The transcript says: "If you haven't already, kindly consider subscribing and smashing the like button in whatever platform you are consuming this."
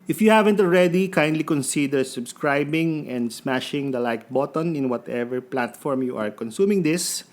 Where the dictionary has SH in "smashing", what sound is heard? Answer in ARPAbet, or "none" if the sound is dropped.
SH